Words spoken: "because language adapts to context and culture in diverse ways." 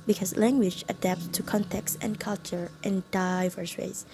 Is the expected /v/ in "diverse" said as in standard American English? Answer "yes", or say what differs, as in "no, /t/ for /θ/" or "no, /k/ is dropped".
yes